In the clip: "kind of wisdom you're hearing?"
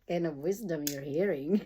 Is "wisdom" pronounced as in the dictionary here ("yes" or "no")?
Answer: yes